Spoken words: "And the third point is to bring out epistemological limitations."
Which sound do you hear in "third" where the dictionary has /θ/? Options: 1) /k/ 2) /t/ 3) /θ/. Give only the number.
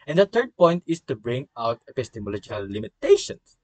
2